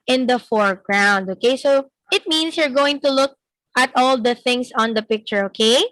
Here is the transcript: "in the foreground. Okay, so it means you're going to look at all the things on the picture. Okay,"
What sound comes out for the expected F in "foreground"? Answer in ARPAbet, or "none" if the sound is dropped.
F